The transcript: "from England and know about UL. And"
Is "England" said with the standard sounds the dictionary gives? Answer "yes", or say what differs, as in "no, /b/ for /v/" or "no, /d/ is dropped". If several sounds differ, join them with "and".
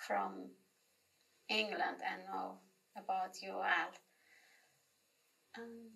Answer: yes